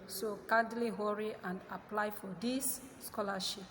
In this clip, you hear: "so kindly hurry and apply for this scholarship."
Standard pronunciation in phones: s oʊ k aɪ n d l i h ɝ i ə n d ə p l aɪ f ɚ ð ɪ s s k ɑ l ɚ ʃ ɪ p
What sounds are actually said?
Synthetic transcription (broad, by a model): s oʊ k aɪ d l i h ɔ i ə n d ə p l aɪ f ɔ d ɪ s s k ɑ l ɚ ʃ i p